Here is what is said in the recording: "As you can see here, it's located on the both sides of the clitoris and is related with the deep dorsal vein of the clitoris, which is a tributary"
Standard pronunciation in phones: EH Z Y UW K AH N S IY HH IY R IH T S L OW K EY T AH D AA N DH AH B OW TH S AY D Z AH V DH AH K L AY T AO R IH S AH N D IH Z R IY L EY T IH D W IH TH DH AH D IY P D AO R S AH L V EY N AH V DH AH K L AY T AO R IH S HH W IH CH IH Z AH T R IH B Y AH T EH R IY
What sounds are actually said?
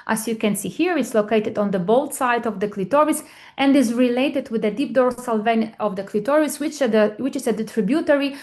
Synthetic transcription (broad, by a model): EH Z Y UW K AH N S IY HH IY R IH T S L OW K EY T AH D AA N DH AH B OW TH S AY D AH V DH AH K L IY T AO R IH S AH N D IH Z R IY L EY T IH D W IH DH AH D IY P D AO R S AH L V EY N AH V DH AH K L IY T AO R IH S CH W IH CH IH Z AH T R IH B Y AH T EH R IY